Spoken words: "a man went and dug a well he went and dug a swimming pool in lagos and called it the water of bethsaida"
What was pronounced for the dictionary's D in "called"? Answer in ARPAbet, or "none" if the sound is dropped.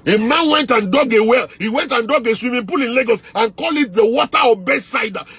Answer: none